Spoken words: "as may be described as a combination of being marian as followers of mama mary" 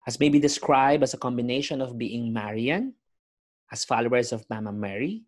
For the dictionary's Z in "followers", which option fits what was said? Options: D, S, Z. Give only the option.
S